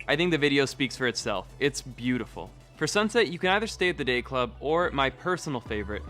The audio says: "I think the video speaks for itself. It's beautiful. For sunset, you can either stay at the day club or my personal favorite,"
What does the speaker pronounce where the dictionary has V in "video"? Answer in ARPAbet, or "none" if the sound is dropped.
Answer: V